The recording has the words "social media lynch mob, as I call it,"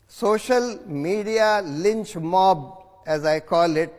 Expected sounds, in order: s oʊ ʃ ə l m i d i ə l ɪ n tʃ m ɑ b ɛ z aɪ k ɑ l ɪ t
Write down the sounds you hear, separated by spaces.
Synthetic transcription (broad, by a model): s oʊ ʃ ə l m i d i ə l ɪ n tʃ m ɑ b ɛ z aɪ k ɑ l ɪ t